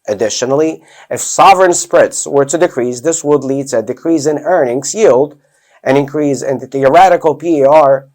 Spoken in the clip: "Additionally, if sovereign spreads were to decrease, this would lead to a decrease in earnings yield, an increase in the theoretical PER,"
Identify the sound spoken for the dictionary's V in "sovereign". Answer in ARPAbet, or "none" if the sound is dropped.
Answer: V